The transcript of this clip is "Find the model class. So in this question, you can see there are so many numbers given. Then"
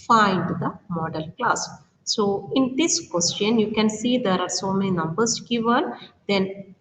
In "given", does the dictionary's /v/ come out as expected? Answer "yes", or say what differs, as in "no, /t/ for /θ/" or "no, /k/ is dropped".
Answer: yes